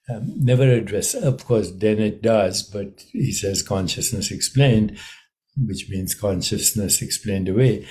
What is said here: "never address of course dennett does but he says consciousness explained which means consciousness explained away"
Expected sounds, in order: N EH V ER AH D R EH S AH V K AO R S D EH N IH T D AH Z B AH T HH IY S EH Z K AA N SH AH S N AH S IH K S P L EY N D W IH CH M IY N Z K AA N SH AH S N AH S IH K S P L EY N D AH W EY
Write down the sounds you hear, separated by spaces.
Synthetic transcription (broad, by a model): N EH V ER AH D R EH S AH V K AO R S D EH N IH T D AH Z B AH T HH IY S EH Z K AA N SH AH S N AH S IH K S P L EY N D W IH CH M IY N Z K AA N SH AH S N AH S IH K S P L EY N D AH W EY